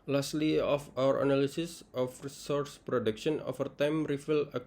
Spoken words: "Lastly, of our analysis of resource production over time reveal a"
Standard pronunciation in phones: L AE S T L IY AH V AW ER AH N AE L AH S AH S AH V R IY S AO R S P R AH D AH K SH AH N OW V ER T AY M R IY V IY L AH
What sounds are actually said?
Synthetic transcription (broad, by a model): L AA S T L IY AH F AW ER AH N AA L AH S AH S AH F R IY S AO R S P R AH D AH K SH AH N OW F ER T AY M R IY F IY L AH